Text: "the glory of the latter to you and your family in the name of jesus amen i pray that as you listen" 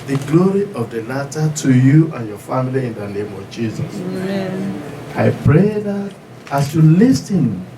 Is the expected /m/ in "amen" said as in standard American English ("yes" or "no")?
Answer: no